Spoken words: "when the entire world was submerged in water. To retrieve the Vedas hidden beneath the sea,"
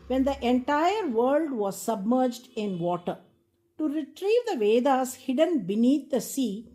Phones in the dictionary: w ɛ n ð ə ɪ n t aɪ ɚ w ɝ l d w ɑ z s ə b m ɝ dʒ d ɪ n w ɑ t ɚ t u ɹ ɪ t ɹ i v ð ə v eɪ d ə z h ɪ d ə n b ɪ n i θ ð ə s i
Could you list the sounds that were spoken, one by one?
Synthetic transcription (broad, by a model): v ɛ n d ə ɪ n t aɪ ɚ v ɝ l d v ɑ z s ə b m ɝ dʒ d ɪ n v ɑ t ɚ t u ɹ ɪ t ɹ i v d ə v eɪ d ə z h ɪ d ə n b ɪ n i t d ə s i